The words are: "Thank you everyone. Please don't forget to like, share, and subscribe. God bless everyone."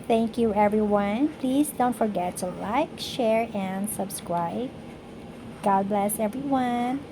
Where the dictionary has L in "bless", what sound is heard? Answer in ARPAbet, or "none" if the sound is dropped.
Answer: L